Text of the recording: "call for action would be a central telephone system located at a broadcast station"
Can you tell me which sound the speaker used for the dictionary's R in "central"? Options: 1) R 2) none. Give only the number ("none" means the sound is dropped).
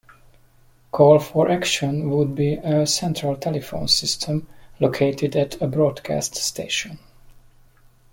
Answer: 1